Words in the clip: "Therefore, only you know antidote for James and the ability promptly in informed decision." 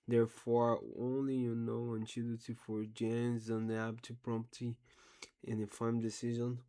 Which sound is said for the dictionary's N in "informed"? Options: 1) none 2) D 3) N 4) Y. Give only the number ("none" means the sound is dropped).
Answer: 1